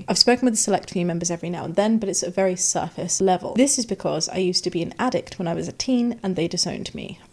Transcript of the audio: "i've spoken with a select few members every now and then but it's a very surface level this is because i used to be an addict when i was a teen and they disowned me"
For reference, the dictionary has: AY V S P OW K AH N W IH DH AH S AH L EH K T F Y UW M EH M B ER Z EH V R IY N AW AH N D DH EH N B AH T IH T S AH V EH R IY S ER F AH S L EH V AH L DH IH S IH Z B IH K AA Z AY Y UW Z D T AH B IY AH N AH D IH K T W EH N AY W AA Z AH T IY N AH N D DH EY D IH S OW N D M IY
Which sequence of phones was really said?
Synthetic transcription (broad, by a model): AY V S P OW K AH N W IH DH AH S AH L EH K T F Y M EH M B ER Z EH V R IY N AW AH N DH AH N B AH T IH T S AH V EH R IY S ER F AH S L EH V AH L DH IH S IH Z B IH K AA Z AY Y UW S T AH B IY AH N AH D IH K T W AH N AY W AA Z AH T IY N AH N DH EY D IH S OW N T M IY